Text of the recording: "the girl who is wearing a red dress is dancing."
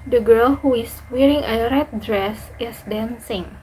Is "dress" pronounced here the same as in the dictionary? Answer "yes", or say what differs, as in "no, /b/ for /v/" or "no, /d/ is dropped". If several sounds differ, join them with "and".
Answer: yes